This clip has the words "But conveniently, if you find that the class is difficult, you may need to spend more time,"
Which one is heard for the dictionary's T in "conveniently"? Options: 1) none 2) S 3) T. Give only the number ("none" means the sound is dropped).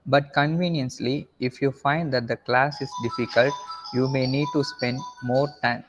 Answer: 2